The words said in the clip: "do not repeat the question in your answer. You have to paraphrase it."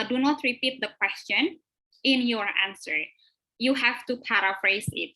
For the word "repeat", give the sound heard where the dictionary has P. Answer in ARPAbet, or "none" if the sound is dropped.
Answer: P